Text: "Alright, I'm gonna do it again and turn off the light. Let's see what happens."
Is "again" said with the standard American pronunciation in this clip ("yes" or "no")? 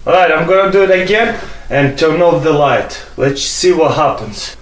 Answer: yes